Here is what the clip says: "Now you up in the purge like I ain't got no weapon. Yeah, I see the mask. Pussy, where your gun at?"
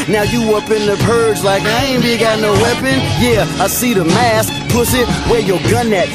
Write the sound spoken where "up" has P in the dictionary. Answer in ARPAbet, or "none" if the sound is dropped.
P